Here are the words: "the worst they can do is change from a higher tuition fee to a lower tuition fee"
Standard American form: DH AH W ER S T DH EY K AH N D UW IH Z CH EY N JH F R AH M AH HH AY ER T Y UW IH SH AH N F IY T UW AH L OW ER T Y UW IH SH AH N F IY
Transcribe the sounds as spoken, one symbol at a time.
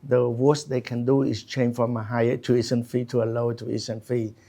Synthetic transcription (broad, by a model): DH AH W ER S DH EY K AH N D UW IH S CH EY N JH F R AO M AH HH AY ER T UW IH S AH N F IY T UW AH L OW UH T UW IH S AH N F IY